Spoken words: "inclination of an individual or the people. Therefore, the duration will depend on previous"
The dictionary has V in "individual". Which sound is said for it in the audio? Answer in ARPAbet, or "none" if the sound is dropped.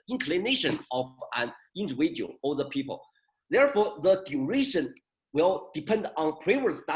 W